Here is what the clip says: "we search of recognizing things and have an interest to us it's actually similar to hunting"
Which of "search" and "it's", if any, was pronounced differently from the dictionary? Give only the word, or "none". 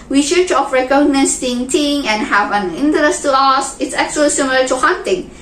search